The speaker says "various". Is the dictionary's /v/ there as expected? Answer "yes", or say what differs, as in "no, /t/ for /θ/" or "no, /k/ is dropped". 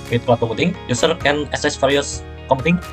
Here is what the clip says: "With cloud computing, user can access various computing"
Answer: no, /f/ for /v/